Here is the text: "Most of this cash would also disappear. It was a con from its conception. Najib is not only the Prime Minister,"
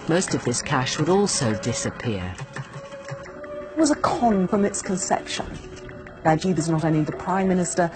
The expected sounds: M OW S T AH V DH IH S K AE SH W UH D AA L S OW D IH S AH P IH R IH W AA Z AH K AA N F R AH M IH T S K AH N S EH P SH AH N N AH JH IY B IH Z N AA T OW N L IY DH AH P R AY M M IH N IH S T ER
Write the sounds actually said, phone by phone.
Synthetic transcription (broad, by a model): M OW S T AH V DH IH S K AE SH W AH D AA L S OW D IH S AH P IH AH IH W AA Z AH K AA N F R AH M IH T S K AH N S EH P SH AH N L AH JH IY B IH Z N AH T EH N IY DH AH P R AY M M IH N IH S T ER